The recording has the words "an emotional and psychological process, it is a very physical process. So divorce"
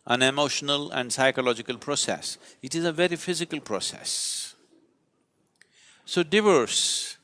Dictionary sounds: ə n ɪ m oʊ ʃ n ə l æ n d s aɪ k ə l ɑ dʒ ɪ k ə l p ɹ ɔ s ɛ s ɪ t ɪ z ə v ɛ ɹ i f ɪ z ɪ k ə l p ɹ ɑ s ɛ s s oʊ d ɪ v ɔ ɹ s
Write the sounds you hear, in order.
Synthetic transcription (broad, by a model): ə n ɪ m oʊ ʃ n ə l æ n d s aɪ k ə l ɑ dʒ ɪ k ə l p ɹ ɔ s ɛ s ɪ t ɪ z ə v ɛ ɹ i f ɪ z ɪ k ə l p ɹ ɑ s ɛ s s oʊ d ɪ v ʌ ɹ s